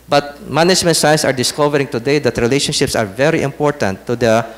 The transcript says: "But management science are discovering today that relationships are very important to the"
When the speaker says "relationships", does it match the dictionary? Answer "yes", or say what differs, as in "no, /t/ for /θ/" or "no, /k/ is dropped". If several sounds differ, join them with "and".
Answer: yes